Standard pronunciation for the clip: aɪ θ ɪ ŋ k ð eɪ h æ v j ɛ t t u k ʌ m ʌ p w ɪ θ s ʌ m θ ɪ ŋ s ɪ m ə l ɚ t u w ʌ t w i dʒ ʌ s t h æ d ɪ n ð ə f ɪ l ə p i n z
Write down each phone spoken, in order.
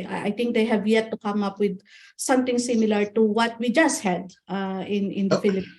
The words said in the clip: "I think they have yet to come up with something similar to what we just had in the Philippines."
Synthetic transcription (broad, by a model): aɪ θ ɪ ŋ k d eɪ h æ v j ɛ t t u k ʌ m ʌ p w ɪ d s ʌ m t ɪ ŋ s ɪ m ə l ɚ t u w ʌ t w i dʒ ʌ s t h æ d ɪ n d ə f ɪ l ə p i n